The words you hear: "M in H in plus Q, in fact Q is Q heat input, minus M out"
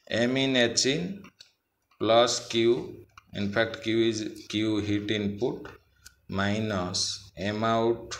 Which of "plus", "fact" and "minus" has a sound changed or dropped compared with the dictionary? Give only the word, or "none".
fact